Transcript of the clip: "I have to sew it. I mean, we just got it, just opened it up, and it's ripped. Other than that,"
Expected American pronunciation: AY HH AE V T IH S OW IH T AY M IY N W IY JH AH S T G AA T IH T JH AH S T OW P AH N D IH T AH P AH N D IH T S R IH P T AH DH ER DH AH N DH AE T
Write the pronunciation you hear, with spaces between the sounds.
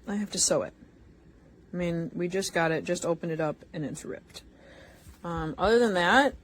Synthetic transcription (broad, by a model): AY HH AE F T IH S OW IH T AY M IY N W IY JH AH S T G AA T IH T JH AH S T OW P AH N D IH T AH P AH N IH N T R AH P T AH DH ER DH AH N DH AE T